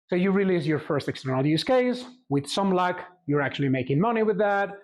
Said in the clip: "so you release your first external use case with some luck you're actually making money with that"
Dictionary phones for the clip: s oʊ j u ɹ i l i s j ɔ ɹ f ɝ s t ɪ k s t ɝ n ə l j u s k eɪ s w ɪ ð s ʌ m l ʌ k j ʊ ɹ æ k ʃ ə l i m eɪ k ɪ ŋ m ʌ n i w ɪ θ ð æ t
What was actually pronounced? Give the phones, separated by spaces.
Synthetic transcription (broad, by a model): s oʊ j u ɹ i l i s j ɔ ɹ f ɝ s t ɪ k s t ɝ n ə l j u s k eɪ s w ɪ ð s ʌ m l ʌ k j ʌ ɹ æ k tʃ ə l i m eɪ k ɪ ŋ m ʌ n i w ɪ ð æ t